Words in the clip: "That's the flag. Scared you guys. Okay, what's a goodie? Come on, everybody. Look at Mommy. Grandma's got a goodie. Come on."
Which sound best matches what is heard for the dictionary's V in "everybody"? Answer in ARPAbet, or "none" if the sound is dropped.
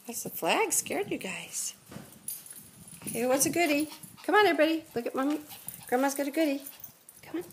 B